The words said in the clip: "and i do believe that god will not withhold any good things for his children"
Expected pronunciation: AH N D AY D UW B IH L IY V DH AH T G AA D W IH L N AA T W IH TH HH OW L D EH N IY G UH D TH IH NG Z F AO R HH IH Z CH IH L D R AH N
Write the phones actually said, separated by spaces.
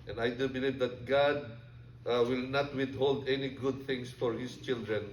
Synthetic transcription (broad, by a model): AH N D AY D UW B IH L IY V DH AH T G AA D W IH L N AA T W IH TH HH OW L D EH N IY G UH D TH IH NG S F AO R HH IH S CH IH L D R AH N